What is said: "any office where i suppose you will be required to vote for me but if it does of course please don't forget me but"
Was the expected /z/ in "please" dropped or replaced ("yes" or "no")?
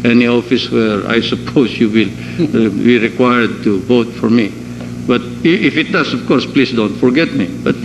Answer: yes